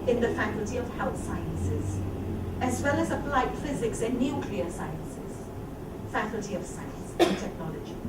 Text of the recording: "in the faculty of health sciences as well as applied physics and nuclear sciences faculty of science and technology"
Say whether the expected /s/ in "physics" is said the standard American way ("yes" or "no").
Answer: yes